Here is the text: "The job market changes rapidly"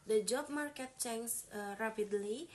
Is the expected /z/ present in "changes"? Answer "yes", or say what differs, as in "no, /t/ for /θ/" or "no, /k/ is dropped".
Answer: no, /z/ is dropped